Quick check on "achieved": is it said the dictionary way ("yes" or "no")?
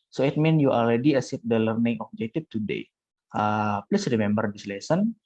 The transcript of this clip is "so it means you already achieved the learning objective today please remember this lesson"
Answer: no